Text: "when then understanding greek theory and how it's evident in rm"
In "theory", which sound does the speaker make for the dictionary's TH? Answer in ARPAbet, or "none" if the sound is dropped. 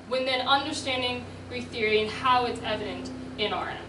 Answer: TH